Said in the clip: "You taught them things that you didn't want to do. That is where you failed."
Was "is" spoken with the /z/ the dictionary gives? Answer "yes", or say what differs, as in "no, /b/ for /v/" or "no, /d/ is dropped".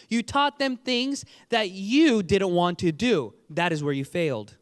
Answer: yes